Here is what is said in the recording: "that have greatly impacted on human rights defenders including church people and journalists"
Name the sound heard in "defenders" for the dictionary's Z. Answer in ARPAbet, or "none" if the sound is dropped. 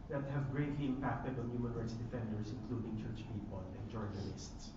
S